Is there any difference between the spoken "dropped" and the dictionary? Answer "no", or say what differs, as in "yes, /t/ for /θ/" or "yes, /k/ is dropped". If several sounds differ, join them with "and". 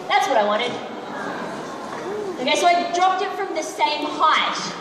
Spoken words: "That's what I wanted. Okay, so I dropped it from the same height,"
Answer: no